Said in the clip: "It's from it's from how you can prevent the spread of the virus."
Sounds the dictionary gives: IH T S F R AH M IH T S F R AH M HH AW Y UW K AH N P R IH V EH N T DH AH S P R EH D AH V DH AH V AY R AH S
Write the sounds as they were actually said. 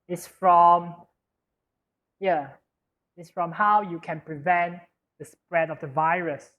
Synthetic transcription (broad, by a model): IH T S F R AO M IH T S F R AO M HH AW Y UW K AH N P R IH V EH N T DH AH S P R EH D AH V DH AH V AY R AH S